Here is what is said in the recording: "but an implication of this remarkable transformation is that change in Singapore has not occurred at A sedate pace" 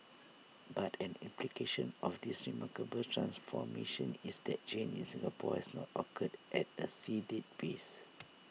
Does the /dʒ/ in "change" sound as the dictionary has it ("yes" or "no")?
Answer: no